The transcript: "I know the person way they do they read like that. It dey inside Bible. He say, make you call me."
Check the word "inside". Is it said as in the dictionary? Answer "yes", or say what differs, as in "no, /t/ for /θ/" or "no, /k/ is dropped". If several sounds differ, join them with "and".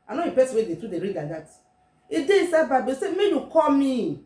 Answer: no, /n/ is dropped